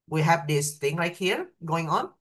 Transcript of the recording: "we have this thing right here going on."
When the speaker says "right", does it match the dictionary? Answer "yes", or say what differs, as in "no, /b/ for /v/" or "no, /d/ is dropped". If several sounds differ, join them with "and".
no, /l/ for /ɹ/